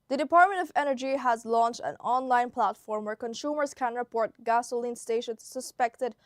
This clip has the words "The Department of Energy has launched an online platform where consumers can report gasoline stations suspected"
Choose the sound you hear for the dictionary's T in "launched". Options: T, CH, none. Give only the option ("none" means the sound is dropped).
T